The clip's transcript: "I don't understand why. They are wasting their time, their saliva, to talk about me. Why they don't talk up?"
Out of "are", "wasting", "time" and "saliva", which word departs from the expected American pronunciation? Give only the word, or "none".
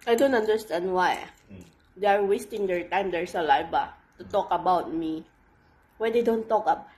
saliva